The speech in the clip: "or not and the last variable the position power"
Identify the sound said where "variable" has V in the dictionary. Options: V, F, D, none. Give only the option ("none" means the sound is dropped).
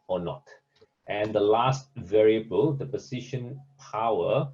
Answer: V